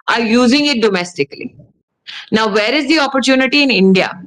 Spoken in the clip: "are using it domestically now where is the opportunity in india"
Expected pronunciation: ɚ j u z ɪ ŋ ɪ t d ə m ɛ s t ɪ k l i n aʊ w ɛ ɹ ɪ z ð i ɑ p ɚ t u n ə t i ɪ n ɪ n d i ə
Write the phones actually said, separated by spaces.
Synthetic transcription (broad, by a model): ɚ j u z ɪ ŋ ɪ t d ə m ɛ s t ɪ k l i n aʊ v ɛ ɹ ɪ z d i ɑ p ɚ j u n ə t i ɪ n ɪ n d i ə